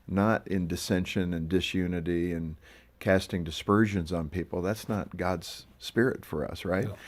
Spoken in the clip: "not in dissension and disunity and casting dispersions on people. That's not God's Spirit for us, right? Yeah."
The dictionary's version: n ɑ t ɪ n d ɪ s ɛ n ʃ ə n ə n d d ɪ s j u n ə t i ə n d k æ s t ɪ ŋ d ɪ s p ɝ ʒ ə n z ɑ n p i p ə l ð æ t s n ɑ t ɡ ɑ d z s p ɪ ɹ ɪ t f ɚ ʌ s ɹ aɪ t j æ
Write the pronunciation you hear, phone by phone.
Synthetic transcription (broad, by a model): n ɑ t ɪ n d ɪ s ɛ n ʃ ə n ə n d d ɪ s j u n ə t i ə n k æ s t ɪ ŋ d ɪ s p ɝ ʒ ə n z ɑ n p i p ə l ð æ t s n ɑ t ɡ ɑ d z s p ɪ ɹ ɪ t f ɚ ʌ s ɹ aɪ t